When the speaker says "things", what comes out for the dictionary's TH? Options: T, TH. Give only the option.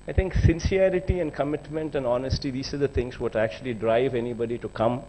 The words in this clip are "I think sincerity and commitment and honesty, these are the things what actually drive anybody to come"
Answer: T